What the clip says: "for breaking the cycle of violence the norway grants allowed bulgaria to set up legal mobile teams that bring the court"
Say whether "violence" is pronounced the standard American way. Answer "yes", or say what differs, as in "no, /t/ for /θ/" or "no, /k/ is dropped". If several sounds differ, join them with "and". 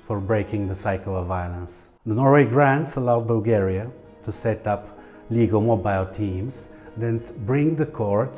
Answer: yes